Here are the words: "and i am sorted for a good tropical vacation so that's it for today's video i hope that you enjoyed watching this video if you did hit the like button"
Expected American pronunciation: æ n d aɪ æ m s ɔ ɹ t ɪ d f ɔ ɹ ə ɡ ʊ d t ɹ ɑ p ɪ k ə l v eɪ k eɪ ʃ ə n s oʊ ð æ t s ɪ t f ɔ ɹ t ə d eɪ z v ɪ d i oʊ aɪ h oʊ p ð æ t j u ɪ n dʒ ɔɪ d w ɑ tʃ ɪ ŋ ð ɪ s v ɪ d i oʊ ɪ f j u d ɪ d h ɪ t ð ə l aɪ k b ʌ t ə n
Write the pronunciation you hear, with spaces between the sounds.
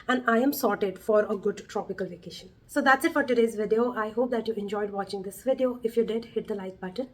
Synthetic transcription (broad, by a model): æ n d aɪ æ m s ɔ ɹ t ɪ d f ɔ ɹ ə ɡ ʊ d t ɹ ɑ p ɪ k ə l v eɪ k eɪ ʃ ə n s oʊ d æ t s ɪ t f ɔ ɹ t ə d eɪ z v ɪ d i oʊ aɪ h oʊ p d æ t j u ɪ n dʒ ɔɪ d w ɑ tʃ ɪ ŋ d ɪ s v ɪ d i oʊ ɪ f j u d ɪ d h ɪ t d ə l aɪ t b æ t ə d